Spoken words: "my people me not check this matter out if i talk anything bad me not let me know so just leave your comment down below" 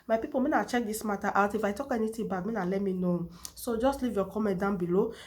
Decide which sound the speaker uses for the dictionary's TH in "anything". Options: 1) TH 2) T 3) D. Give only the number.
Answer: 2